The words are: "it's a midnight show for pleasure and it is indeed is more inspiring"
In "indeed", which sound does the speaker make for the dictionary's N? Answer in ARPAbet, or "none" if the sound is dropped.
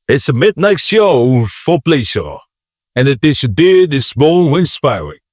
none